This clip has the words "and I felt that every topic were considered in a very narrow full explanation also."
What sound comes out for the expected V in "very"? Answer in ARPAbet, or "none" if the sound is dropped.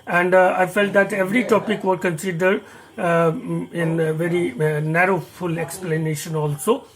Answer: V